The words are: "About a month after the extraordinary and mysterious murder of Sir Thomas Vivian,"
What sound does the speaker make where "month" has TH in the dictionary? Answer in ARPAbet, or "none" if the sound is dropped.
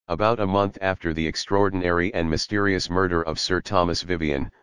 TH